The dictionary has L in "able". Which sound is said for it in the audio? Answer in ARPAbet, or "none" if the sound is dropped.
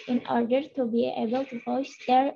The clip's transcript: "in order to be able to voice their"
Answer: L